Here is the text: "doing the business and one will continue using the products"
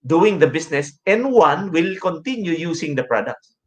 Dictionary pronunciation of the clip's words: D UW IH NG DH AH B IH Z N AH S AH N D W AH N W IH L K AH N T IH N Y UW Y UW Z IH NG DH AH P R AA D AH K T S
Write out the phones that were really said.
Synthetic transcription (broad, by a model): D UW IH NG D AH B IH S N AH S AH N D W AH N W IH L K AH N T IH N Y UW Y UW S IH NG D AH P R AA D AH K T S